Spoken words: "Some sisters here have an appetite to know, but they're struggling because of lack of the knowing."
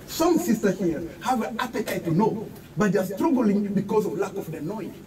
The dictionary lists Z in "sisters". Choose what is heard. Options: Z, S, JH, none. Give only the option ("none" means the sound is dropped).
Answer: none